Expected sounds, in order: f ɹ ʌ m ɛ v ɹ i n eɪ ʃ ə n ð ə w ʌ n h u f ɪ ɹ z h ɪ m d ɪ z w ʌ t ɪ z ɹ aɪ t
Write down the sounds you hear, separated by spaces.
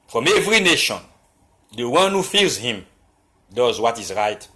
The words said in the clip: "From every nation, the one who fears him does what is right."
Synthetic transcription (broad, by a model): f ɹ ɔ m ɛ v ɹ i n eɪ ʃ ə n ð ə w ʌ n h u f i l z h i m d ɪ z w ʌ t ɪ z ɹ aɪ t